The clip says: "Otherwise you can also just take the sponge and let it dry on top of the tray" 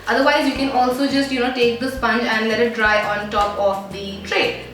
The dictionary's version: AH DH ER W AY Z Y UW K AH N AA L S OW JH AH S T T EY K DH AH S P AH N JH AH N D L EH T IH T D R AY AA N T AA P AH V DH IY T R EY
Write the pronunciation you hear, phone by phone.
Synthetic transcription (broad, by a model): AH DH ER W AY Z Y UW K AH N AA L S OW JH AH S T T EY K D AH S P AH N JH AH N D L EH T IH T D R AY AA N T AA P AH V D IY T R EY